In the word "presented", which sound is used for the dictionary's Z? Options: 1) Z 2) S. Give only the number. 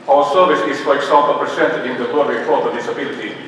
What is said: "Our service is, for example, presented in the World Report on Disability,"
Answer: 2